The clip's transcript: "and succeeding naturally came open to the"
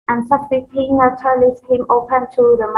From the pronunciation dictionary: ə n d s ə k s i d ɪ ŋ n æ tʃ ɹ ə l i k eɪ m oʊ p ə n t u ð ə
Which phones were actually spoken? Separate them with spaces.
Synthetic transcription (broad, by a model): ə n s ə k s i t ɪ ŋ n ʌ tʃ ə l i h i m oʊ p ə n t u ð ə